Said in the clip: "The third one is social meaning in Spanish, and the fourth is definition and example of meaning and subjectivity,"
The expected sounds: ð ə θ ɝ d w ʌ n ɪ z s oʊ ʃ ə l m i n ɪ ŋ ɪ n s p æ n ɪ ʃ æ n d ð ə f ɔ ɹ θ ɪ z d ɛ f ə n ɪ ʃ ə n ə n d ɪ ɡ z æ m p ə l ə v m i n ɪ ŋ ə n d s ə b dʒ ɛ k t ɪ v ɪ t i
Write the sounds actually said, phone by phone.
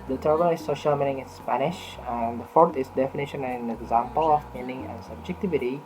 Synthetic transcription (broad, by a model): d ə t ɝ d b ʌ l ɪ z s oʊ ʃ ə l m i n ɪ ŋ ɪ n s p æ n ɪ ʃ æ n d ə f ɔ ɹ t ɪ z d ɛ f ə n ɪ ʃ ə n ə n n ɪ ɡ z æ m p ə l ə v m i n ɪ ŋ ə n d s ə b dʒ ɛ k t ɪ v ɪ t i